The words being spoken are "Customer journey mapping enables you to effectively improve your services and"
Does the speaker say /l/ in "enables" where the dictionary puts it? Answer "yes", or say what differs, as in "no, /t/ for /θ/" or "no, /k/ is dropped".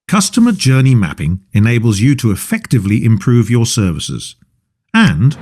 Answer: yes